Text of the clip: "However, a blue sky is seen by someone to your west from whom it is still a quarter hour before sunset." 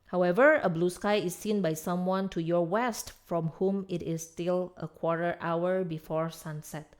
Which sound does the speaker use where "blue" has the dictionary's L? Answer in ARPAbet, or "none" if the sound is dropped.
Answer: L